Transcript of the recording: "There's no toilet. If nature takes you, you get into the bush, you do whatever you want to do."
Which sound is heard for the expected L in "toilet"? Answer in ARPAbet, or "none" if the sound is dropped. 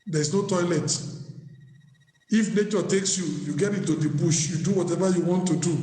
L